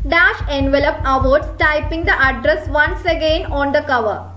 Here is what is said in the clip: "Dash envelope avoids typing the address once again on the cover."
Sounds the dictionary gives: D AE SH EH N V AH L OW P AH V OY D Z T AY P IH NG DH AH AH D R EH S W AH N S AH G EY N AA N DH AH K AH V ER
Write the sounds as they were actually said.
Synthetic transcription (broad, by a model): D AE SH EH N V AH L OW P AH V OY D S T AY P IH NG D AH AH D R EH S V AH N S AH G EY N AA N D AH K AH V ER